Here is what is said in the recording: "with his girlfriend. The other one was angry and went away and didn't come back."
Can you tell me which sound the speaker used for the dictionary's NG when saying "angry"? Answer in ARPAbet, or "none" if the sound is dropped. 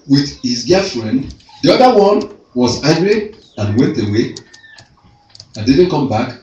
none